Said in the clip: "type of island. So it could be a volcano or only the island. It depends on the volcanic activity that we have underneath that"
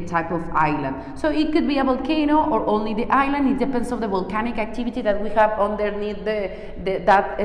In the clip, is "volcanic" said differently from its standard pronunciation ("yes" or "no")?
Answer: no